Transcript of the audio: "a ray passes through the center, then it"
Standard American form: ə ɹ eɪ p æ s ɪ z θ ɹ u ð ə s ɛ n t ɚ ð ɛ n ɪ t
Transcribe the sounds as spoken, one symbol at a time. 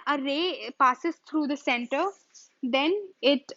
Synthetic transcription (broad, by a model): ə ɹ eɪ p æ s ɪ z t ɹ u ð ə s ɛ n t ɚ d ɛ n ɪ t